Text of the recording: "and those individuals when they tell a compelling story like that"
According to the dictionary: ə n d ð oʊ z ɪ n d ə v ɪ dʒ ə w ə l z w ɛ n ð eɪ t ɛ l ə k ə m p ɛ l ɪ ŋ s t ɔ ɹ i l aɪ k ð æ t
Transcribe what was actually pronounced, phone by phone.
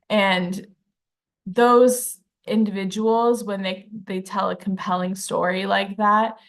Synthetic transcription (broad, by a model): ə n ð oʊ z ɪ n d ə v ɪ dʒ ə w l z w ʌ n ð eɪ t ɛ l ə k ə m p ɛ l ɪ ŋ s t ɔ ɹ i l aɪ k ð æ t